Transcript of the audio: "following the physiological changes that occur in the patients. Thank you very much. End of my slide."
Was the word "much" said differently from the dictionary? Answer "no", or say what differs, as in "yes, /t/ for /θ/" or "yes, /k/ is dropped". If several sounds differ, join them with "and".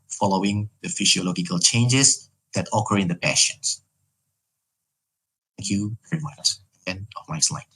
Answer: yes, /s/ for /tʃ/